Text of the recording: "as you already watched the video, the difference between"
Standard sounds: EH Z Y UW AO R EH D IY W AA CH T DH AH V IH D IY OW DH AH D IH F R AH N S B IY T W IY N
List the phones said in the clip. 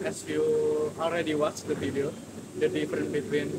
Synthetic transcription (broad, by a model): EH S Y UW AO L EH D IY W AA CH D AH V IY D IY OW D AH D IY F R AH N B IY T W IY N